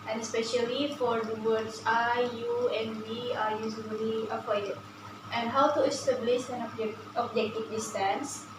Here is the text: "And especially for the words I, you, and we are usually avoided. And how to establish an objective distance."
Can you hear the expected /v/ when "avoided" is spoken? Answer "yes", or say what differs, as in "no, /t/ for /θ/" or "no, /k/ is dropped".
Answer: no, /p/ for /v/